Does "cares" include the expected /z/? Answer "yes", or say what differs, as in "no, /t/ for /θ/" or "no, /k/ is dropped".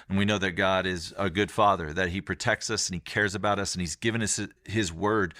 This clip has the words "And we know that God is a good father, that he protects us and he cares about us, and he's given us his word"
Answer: yes